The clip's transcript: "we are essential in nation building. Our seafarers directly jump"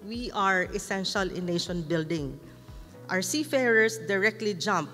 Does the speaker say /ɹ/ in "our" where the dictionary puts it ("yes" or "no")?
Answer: no